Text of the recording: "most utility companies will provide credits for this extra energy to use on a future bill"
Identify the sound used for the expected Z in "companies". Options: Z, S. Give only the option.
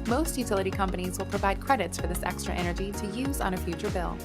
Z